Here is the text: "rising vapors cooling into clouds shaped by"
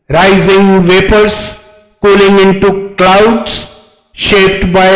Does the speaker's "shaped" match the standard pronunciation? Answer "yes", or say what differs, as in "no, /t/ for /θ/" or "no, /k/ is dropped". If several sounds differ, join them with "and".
yes